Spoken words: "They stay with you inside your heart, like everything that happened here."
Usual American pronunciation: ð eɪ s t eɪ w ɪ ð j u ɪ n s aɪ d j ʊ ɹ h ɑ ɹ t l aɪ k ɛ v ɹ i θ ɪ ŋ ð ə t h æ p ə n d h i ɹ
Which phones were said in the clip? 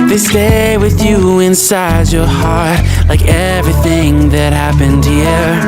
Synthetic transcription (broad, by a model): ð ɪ s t eɪ w ɪ ð j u ɪ n s aɪ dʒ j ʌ ɹ h ɑ ɹ t l aɪ k ɛ v ɹ i θ ɪ ŋ ð ə t h æ p ə n d h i ɹ